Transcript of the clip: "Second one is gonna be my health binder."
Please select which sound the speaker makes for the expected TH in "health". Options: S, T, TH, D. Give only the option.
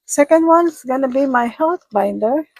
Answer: T